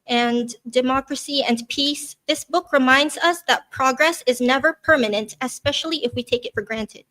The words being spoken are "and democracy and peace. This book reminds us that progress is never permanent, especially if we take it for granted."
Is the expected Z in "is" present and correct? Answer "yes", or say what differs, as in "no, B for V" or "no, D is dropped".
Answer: yes